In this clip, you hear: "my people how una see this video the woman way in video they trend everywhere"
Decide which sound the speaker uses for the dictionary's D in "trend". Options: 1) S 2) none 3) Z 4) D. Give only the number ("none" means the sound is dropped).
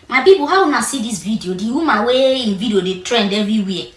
4